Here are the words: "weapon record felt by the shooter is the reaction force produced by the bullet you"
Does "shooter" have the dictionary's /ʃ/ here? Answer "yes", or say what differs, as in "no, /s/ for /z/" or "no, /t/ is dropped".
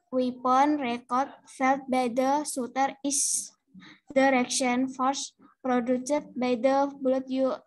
no, /s/ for /ʃ/